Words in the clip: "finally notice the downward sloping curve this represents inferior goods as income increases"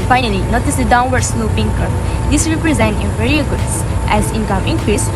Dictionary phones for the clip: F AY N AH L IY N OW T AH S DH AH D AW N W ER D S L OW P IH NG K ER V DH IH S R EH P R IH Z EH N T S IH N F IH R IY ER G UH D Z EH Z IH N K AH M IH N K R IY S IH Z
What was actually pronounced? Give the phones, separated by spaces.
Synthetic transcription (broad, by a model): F AY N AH L IY N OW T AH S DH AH D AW N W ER D S L OW P IH NG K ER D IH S R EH P R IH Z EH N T IH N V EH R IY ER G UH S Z EH Z IH N K AH M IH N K R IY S